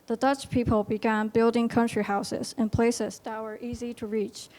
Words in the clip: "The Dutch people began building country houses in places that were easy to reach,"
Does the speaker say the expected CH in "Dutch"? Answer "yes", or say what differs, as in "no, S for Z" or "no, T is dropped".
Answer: yes